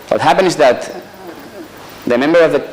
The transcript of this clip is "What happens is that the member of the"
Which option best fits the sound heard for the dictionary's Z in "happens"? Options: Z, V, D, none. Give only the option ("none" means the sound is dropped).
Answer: none